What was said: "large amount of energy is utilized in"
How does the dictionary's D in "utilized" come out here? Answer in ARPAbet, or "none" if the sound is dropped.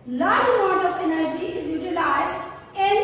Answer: none